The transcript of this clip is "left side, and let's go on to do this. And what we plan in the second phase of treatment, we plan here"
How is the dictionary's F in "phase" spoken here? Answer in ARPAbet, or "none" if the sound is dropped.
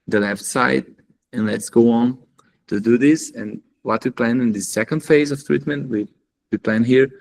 F